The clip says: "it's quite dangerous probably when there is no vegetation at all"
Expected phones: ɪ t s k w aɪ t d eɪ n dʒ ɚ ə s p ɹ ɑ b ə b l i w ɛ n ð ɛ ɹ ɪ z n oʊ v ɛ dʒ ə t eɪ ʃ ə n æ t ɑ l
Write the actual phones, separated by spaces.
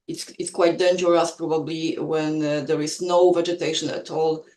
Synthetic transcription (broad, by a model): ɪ t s k w aɪ t d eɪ n dʒ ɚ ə s p ɹ ɑ b ə b l i w ɛ n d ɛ ɹ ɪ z n oʊ v ɛ dʒ ə t eɪ ʃ ə n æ t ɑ l